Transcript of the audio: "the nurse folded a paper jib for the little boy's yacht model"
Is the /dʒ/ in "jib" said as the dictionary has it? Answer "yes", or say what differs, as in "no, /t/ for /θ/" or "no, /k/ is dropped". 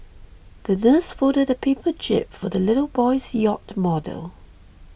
no, /tʃ/ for /dʒ/